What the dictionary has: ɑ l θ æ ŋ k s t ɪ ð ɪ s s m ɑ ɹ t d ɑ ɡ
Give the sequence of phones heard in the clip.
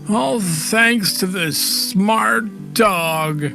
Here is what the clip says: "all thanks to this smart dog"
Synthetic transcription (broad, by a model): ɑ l θ æ ŋ k s t ɪ ð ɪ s s m ɑ ɹ t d ɑ ɡ